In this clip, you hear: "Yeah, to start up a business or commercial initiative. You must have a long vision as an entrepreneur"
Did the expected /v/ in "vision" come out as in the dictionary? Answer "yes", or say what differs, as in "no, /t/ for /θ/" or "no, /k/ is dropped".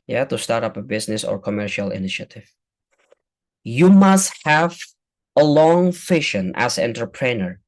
no, /f/ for /v/